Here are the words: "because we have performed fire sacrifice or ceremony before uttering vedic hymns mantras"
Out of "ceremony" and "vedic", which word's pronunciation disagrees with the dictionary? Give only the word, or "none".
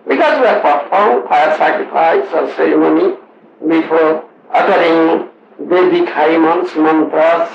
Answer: vedic